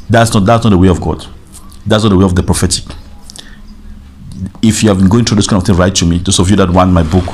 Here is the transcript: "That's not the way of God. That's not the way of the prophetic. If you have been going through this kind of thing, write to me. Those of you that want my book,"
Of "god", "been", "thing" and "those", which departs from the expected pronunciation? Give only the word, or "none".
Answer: those